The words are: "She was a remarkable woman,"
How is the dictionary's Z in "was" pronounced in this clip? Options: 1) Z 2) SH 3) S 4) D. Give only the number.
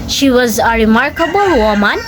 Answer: 1